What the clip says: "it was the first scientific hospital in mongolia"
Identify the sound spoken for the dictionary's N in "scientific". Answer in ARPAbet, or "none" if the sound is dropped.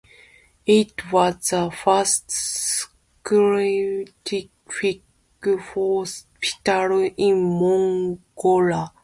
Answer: none